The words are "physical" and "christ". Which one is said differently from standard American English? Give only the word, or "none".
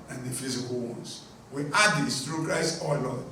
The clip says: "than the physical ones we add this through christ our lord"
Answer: christ